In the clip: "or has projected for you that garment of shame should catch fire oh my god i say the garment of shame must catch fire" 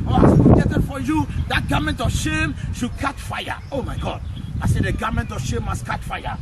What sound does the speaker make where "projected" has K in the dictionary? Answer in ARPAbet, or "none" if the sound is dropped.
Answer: none